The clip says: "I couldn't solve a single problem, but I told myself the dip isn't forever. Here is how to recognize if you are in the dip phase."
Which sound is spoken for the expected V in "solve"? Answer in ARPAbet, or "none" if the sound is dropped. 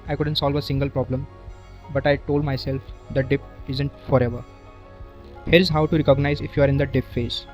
V